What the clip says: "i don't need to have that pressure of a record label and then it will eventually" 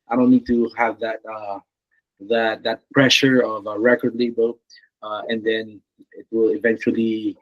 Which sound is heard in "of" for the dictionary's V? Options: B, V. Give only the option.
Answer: V